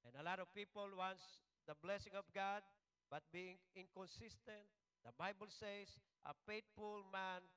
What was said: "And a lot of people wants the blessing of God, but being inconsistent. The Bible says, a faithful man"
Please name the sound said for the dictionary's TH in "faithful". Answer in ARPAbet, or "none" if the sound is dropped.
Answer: T